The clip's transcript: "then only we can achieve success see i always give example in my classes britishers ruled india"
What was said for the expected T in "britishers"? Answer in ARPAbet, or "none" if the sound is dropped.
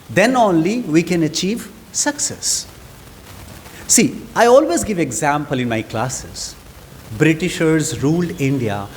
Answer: T